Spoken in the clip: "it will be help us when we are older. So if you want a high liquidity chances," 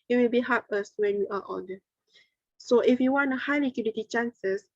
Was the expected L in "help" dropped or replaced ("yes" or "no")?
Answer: yes